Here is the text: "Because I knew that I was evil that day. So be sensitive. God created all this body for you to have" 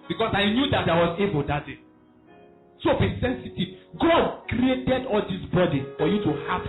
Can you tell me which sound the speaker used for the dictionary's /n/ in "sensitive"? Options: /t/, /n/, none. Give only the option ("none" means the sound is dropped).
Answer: /n/